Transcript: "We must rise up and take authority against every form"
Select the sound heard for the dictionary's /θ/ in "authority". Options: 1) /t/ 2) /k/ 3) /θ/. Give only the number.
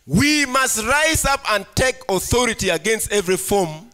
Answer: 3